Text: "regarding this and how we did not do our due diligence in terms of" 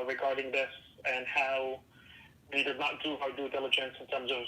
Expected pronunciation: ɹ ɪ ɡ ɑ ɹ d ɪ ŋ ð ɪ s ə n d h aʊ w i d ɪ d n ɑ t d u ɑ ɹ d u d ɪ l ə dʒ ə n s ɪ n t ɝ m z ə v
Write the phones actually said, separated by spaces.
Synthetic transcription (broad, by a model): ɹ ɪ ɡ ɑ ɹ d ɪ ŋ ð ɪ s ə n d h aʊ w i d ɪ d n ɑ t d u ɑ d u d ɪ l ə dʒ ə n s ɪ n t ɝ m z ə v